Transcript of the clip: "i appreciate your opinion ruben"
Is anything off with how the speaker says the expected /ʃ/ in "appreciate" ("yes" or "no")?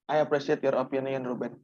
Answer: yes